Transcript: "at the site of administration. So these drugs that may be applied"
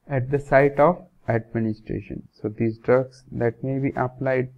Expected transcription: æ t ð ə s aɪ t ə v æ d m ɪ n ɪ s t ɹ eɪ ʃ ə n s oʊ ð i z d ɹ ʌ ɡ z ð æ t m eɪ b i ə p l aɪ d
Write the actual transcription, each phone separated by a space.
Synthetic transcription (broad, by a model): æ t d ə s aɪ t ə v æ d m ɪ n ɪ s t ɹ eɪ ʃ ə n s oʊ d i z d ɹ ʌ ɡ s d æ t m eɪ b i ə p l aɪ d